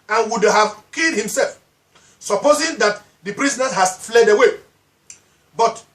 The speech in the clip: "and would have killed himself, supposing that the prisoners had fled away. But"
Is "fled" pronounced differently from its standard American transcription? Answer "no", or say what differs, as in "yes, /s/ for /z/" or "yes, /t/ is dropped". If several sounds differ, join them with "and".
no